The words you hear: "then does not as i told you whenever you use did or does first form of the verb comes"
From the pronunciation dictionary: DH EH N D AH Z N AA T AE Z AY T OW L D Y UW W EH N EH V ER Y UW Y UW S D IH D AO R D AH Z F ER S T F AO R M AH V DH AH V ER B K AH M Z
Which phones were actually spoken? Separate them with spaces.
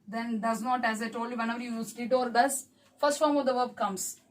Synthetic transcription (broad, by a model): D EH N D AH Z N AA T AE Z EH T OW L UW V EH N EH V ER Y UW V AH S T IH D AO R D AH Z F ER S T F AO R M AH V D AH V ER B K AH M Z